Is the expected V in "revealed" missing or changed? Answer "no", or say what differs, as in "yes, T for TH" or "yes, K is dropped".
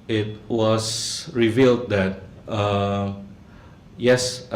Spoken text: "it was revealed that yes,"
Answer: no